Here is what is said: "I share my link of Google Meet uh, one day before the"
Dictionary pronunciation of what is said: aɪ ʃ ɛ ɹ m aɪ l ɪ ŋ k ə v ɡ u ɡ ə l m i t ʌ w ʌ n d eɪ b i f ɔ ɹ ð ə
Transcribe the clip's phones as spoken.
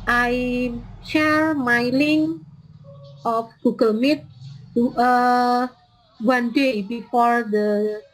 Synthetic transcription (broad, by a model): aɪ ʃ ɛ ɹ m aɪ l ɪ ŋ ə f ɡ u ɡ ə l m i t ʌ w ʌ n d eɪ b i f ɔ ɹ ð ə